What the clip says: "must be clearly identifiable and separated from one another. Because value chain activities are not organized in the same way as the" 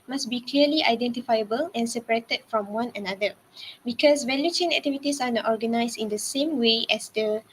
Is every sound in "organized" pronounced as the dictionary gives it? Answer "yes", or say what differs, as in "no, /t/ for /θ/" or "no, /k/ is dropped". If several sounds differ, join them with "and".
no, /s/ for /z/